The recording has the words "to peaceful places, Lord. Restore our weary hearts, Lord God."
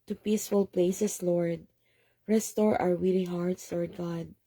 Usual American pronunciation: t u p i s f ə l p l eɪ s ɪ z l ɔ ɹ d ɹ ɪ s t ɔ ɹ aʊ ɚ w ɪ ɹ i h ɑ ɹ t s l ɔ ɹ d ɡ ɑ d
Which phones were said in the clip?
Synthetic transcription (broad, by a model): t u p i s f ə l p l eɪ s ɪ s l ɔ ɹ d ɹ ɪ s t ɔ ɹ aʊ ɚ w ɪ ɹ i h ɑ ɹ t s l ɔ ɹ d ɡ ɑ d